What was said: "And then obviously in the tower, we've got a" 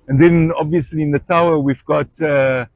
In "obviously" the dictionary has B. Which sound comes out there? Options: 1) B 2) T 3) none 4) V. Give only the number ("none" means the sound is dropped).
1